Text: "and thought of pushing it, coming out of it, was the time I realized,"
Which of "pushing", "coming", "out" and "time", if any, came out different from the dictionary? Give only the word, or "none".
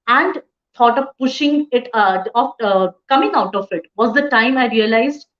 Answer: none